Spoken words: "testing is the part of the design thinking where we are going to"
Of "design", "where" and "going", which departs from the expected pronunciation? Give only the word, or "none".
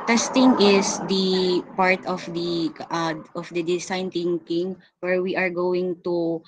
design